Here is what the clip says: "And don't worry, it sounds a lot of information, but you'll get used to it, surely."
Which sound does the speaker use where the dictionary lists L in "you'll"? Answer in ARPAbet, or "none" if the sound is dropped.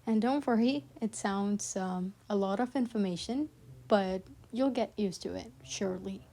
L